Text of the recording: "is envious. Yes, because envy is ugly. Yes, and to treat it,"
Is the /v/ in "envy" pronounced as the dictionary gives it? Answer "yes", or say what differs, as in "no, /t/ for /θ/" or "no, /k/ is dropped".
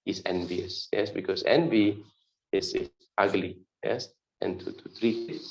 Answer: yes